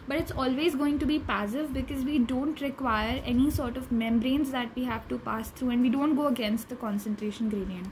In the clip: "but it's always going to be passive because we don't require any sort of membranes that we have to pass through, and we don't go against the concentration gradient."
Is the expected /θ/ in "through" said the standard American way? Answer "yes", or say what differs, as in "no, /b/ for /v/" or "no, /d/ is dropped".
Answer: no, /t/ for /θ/